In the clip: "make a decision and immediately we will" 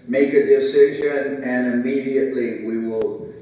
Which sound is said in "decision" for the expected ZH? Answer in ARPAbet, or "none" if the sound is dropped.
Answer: ZH